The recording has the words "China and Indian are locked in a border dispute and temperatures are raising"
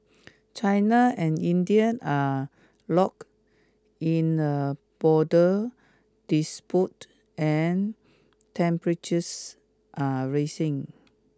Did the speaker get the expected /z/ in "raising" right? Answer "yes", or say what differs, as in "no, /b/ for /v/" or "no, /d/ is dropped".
no, /s/ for /z/